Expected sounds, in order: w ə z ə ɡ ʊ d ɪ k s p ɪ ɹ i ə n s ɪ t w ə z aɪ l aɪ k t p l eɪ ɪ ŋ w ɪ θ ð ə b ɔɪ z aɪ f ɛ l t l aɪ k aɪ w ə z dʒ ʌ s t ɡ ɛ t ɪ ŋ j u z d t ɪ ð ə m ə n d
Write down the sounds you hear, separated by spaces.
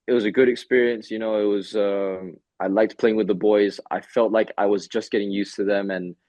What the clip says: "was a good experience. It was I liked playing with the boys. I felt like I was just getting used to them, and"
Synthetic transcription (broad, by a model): w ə z ə ɡ ʊ d ɪ k s p ɪ ɹ i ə n s ɪ t w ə z aɪ l aɪ k t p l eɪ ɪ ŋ w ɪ ð ə b ɔɪ z aɪ f ɛ l t l aɪ k aɪ w ə z dʒ ʌ s ɡ ɛ t ɪ ŋ j u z t ɪ ð ə m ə n